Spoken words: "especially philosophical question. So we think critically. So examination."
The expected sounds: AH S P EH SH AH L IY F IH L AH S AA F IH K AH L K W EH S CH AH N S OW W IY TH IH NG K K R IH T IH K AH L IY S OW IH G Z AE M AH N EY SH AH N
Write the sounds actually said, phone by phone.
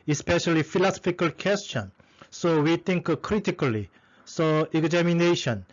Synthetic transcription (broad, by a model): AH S P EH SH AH L IY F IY L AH S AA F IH K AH L K W EH S CH AH N S OW W IY T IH NG K K R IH T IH K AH L IY S OW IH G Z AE M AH N EY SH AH N